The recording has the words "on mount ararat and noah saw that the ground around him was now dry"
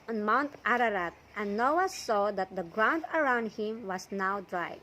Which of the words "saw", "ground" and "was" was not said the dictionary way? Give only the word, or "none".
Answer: was